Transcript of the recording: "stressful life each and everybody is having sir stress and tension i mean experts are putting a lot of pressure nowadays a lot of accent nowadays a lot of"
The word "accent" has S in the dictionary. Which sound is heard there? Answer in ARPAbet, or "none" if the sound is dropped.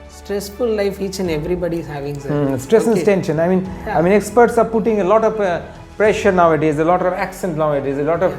S